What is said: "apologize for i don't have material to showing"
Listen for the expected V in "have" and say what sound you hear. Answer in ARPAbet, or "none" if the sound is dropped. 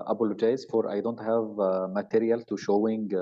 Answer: V